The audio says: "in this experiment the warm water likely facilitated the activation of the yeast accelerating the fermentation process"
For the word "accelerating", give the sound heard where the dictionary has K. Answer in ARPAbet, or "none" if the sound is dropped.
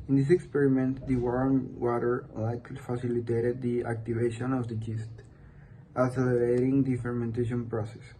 none